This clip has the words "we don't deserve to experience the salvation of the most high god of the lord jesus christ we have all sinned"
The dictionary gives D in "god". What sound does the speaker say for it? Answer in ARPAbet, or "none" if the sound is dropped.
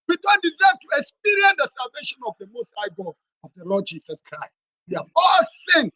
none